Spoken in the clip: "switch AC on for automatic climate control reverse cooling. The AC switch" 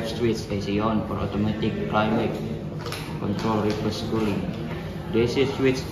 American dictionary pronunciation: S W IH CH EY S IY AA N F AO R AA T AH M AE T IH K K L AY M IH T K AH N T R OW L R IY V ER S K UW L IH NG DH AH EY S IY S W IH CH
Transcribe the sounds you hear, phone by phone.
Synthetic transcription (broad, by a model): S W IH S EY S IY AA N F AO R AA T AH M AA T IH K K L AY M IH T K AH N T R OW L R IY P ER S K UW L IH NG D EY S IY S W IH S